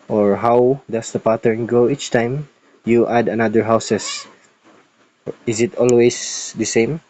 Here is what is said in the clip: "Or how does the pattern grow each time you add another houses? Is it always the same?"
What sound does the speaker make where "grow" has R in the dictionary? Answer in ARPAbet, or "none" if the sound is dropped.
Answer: none